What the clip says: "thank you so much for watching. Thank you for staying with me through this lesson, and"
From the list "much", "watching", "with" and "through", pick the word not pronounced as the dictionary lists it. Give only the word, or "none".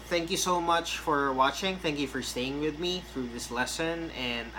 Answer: none